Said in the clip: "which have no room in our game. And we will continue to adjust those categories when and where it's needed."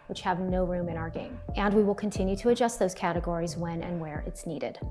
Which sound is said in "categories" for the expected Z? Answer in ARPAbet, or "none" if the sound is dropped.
Z